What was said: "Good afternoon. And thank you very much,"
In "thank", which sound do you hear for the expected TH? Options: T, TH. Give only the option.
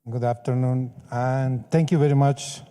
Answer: T